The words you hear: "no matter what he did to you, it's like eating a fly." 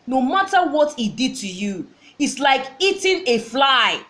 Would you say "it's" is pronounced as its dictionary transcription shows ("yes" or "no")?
yes